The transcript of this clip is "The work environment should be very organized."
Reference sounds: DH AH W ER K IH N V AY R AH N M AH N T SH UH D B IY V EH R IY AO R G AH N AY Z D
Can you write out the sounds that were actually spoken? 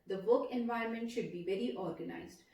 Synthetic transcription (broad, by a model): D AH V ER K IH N V AY AH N M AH N T SH UH D B IY V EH R IY AO R G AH N AY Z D